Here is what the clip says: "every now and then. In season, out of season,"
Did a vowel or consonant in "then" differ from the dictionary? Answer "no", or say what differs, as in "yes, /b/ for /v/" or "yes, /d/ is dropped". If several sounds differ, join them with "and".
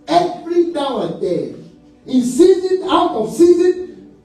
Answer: yes, /n/ is dropped